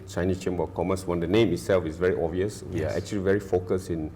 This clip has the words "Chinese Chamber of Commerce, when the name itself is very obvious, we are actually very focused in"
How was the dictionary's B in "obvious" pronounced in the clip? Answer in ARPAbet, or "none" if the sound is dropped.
none